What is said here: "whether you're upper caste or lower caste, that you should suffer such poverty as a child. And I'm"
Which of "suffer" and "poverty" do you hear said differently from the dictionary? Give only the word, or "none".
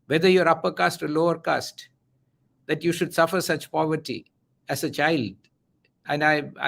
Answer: none